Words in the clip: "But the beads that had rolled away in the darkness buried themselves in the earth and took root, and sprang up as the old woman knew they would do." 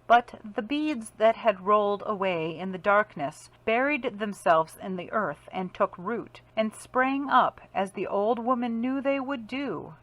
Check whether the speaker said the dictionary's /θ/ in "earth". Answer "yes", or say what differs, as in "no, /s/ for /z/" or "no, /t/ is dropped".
yes